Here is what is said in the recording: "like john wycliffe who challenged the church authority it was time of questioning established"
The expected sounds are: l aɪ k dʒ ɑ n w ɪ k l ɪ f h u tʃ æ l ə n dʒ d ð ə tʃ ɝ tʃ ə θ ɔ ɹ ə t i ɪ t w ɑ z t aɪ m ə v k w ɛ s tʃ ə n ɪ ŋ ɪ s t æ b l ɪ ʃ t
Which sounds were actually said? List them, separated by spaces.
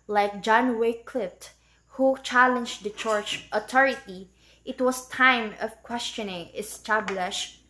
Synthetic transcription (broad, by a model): l aɪ k dʒ ɑ n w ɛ k l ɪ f h u tʃ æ l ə n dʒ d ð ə tʃ ɝ tʃ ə t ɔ ɹ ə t i ɪ t w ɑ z t aɪ m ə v k w ɛ s tʃ ə n ɪ ŋ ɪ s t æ b l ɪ ʃ